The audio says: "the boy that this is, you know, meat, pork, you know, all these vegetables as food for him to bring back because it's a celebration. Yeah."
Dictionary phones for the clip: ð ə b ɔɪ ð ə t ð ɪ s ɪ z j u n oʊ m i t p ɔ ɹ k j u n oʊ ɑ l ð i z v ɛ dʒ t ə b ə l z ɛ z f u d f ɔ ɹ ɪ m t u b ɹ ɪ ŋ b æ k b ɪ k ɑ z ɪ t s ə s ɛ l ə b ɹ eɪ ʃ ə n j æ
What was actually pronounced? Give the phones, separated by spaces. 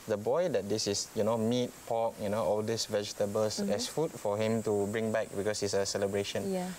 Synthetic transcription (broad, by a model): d ə b ɔɪ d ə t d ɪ s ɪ s j u n oʊ m i t p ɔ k j u n oʊ ɑ l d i s v ɛ dʒ t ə b ə l s ɛ s f u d f ɔ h ɪ m t u b ɹ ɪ ŋ b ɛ k b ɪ k ɑ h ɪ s ə s ɛ l ə b ɹ eɪ ʃ ə n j